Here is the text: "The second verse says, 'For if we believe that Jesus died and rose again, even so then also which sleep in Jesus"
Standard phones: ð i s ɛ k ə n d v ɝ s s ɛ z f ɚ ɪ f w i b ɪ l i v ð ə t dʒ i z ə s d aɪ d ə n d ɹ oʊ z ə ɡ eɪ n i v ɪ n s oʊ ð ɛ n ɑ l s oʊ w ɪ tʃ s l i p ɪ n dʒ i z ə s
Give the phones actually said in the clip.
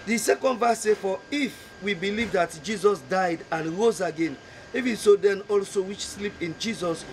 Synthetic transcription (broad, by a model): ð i s ɛ k ə n d v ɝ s s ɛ f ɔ ɪ f w i b ɪ l i v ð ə t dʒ i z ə s d aɪ d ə n ɹ oʊ z ə ɡ eɪ n i v ɪ n s oʊ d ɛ n ɑ l s oʊ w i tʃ s l i p ɪ n dʒ i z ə s